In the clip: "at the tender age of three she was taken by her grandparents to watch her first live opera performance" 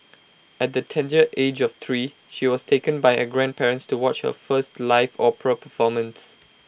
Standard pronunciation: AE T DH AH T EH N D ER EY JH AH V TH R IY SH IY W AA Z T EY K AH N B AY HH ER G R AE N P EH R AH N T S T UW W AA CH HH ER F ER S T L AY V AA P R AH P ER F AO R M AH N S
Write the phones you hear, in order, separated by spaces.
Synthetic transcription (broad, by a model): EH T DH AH T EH N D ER EY JH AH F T R IY SH IY W AA S T EY K AH N B AY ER G R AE N P EH R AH N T S T UW W AA CH HH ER F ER S T L AY F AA P AH P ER F AO M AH N S